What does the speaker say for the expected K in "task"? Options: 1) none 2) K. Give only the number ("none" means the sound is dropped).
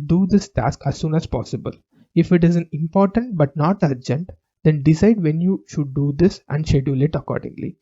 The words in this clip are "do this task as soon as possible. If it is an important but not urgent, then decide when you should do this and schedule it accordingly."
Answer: 2